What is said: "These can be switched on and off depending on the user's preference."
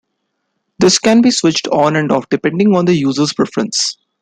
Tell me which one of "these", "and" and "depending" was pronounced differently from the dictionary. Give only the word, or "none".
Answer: these